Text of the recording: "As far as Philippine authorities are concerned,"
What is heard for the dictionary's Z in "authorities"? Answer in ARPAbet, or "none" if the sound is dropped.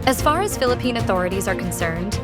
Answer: Z